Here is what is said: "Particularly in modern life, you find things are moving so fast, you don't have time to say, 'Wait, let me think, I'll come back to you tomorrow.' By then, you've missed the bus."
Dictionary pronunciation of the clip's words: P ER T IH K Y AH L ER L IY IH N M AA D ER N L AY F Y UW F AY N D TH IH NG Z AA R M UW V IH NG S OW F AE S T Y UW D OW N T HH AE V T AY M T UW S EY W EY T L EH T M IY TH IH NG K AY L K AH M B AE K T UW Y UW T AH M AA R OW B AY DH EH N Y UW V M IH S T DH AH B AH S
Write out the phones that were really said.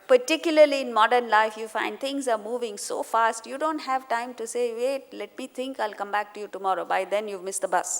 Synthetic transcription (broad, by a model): P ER T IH K Y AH L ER L IY IH N M AA D ER N L AY F Y UW F AY N D T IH NG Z AA R M UW V IH NG S OW F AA S T Y UW D OW N T HH AE V T AY M T UW S EY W EY T L EH T M IY T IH NG K AY L K AH M B AE K T UW Y UW T AH M AA R OW B AY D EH N Y UW V M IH S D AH B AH S